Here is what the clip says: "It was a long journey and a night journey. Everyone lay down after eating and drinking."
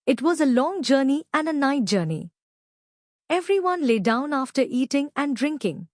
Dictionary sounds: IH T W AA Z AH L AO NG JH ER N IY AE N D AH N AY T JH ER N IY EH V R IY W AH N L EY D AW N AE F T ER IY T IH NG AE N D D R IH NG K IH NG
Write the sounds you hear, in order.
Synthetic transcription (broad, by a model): IH T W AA Z AH L AO NG JH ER N IY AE N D AH N AY T JH ER N IY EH V R IY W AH N L EY D AW N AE F T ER IY T IH NG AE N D D R IH NG K IH NG